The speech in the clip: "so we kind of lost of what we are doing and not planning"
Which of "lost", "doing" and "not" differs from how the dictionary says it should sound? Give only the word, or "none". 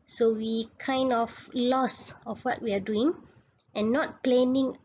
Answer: lost